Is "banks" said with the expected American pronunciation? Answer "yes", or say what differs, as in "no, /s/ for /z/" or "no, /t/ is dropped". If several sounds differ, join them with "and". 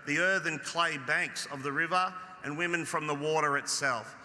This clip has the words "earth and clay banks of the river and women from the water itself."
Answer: yes